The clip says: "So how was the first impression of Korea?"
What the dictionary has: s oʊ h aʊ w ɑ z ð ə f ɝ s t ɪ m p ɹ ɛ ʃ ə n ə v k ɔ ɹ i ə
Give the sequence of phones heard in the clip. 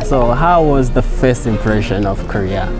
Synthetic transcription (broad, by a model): s oʊ h aʊ w ɑ z ð ə f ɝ s t ɪ m p ɹ ɛ ʃ ə n ə v k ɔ ɹ i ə